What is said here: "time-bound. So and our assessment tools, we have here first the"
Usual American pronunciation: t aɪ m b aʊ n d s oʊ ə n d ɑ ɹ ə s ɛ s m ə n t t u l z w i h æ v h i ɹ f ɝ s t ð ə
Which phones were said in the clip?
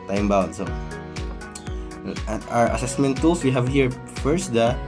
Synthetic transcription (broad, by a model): t aɪ m b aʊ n s oʊ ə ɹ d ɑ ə s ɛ s m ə n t t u l s w i h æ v h i ɹ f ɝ s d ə